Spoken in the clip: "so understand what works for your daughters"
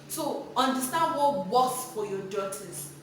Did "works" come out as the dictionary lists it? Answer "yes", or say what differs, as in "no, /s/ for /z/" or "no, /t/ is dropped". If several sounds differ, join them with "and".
no, /k/ is dropped